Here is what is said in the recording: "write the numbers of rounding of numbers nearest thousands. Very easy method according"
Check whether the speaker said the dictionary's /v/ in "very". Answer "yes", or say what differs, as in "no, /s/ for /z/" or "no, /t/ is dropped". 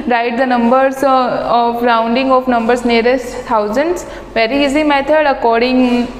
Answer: yes